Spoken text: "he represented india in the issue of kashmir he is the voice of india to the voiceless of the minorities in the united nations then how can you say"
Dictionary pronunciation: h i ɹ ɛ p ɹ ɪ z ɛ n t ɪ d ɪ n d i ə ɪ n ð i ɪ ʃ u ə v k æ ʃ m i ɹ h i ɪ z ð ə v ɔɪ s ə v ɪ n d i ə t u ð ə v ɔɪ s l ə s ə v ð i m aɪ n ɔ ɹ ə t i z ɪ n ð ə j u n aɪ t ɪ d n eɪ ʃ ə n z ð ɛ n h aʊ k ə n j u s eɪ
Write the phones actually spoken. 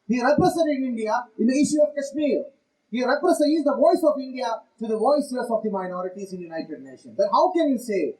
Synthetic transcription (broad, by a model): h i ɹ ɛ p ɹ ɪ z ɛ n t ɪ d ɪ n d i ə ɪ n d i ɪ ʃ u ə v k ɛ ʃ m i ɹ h i ɪ z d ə v ɔɪ s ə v ɪ n d i ə t u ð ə v ɔɪ s ə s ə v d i m aɪ n ɔ ɹ ə t i z ɪ n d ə j u n aɪ t ɪ d n eɪ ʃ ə n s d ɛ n h aʊ k ə n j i s eɪ